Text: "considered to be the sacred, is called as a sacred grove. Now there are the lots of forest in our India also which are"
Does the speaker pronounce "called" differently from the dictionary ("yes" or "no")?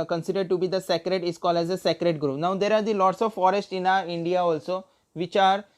yes